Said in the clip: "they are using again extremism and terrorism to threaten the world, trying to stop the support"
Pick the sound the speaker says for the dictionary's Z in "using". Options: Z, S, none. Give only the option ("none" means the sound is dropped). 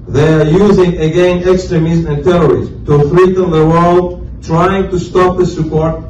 Z